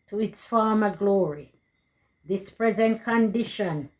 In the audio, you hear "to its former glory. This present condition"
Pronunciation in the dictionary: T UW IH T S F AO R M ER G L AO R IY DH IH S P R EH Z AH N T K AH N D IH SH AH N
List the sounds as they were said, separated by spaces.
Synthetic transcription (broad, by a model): T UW IH T S F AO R M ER G L AO R IY DH IH S P R EH Z AH N T K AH N D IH SH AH N